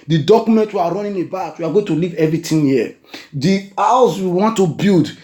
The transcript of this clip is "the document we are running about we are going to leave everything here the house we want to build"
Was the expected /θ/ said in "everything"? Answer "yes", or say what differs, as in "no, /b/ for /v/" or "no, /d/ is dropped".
no, /t/ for /θ/